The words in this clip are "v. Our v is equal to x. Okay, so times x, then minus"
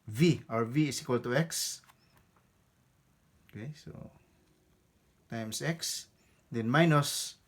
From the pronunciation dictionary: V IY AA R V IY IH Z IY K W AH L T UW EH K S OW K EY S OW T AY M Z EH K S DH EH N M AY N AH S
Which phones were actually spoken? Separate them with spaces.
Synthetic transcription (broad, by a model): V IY AA R V IY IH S IY K W AH L T UW EH K S OW K EY S OW T AY M S EH K S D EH N M AY N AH S